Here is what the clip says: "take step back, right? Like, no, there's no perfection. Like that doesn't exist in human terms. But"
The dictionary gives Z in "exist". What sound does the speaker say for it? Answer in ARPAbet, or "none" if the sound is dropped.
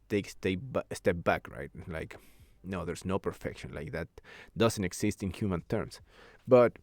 S